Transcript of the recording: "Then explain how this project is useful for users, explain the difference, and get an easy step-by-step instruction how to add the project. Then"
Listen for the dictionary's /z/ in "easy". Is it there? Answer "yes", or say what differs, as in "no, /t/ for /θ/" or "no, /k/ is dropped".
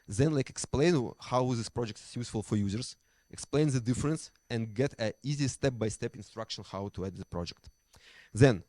yes